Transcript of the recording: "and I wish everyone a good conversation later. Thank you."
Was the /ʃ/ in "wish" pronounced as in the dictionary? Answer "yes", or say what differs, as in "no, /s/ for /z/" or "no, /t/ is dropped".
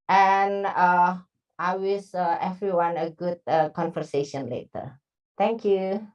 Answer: no, /s/ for /ʃ/